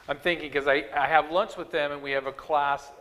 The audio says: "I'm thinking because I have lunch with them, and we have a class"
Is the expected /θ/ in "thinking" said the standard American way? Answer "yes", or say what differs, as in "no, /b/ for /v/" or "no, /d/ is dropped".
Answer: yes